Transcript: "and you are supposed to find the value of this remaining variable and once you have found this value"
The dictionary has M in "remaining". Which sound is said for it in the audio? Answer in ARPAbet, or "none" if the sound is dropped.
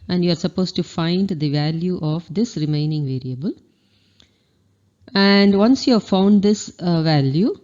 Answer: M